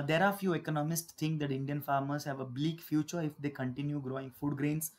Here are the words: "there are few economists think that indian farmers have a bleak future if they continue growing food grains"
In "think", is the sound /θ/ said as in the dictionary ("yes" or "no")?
no